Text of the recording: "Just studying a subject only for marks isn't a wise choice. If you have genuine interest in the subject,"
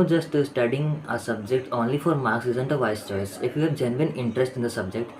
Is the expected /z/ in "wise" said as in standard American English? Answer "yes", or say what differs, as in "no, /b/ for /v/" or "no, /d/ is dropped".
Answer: no, /s/ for /z/